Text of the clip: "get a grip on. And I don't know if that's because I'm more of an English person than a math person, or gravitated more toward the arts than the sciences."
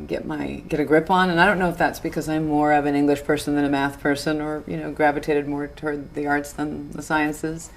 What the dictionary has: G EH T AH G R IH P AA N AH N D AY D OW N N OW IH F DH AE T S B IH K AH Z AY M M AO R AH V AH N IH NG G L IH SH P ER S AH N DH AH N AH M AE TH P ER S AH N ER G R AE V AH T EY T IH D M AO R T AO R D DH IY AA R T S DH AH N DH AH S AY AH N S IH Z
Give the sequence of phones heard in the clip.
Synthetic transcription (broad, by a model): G EH T AH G R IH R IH N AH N AY D OW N N OW IH F DH AE T S B IH K AH Z AY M M AO R AH V AH N IH NG G L IH SH P ER S AH N DH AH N AH M AE TH P ER S AH N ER G R AE V AH T EY T IH D M AO R T AO R D DH IY AA R T S DH AH N DH AH S AY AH N S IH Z